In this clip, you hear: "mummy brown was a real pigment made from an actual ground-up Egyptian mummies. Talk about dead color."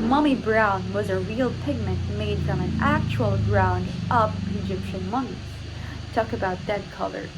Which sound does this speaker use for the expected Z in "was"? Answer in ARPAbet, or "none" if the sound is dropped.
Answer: Z